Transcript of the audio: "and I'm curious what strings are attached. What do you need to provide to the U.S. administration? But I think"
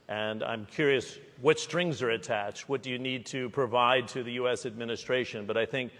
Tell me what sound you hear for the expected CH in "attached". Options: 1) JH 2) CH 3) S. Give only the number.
2